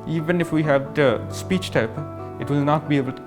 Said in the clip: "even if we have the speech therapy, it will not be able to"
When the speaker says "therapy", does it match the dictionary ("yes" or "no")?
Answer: no